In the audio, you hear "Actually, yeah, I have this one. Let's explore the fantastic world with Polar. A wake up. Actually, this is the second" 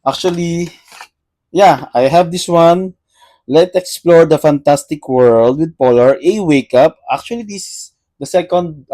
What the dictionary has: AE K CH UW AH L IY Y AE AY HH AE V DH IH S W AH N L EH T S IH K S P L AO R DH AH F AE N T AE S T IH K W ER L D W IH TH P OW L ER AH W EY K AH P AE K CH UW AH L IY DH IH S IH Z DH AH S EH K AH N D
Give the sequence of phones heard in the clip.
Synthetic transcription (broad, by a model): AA K CH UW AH L IY Y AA AY HH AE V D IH S W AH N L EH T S IH K S P L AO R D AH F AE N T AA S T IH K W ER L D W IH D P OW L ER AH W EY K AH P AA K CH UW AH L IY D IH S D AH S EH K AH N D